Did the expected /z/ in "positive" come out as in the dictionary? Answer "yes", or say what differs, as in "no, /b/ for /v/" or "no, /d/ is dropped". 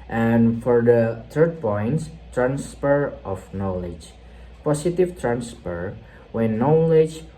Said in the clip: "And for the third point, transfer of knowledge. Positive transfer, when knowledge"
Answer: no, /s/ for /z/